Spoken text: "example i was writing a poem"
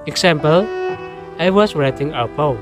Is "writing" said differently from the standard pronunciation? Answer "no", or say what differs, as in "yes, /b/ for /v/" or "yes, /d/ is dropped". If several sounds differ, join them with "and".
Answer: no